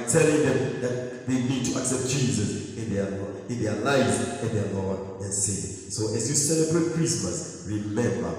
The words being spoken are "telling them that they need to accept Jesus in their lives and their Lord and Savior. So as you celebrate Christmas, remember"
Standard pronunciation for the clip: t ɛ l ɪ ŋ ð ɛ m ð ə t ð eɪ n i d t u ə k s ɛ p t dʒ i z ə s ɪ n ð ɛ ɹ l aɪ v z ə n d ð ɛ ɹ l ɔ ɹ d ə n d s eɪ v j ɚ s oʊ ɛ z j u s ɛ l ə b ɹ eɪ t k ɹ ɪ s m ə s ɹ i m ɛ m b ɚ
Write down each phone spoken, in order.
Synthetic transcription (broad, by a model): t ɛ l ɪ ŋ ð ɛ m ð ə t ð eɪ n i d t u ə k s ɛ p t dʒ i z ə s ɪ n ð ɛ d l aɪ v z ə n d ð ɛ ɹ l ɔ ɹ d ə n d s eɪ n s oʊ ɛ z j u s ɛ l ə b ɹ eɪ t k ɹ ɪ s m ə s ɹ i m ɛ m b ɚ